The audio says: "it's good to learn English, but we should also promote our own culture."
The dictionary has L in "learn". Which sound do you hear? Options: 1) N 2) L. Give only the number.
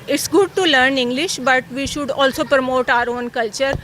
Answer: 2